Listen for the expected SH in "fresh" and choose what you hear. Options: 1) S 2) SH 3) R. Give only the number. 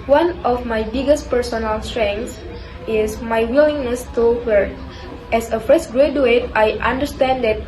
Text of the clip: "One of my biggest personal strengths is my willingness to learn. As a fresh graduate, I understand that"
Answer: 1